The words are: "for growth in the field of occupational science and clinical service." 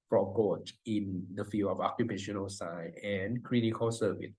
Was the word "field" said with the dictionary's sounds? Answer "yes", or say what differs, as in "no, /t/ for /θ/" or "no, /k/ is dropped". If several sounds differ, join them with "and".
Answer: no, /d/ is dropped